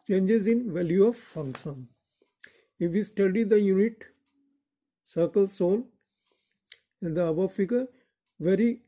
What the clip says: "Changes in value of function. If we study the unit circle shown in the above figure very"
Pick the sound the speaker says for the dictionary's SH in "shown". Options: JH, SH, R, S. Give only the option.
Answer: S